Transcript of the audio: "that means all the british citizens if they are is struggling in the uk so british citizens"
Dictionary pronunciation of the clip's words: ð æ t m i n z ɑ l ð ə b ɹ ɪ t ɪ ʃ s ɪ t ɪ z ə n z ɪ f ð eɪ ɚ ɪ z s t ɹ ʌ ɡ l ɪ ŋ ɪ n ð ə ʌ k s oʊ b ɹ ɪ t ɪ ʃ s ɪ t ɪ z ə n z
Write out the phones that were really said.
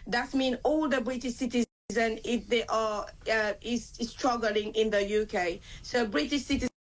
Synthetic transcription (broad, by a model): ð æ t m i n ɑ l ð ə b ɹ ɪ t ɪ ʃ s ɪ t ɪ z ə n ɪ f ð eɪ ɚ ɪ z s t ɹ ʌ ɡ l ɪ ŋ ɪ n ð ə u k s oʊ b ɹ ɪ t ɪ ʃ s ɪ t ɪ